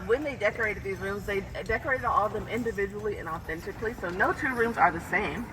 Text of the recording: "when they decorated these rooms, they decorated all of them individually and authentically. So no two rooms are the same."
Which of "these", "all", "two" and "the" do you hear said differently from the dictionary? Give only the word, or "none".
none